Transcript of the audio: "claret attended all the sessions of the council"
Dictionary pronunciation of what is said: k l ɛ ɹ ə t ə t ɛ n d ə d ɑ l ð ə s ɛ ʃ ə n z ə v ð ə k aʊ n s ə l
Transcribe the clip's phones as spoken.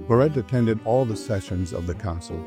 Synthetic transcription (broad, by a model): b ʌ ɹ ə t ə t ɛ n d ə d ɑ l ð ə s ɛ ʃ ə n z ə v ð ə k aʊ n s l